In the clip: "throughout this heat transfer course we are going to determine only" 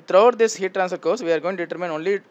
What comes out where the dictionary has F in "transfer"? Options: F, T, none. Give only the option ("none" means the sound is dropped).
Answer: none